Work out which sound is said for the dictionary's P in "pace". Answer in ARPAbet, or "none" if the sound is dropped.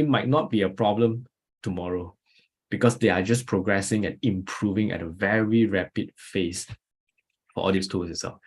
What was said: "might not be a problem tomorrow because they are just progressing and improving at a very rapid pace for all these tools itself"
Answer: F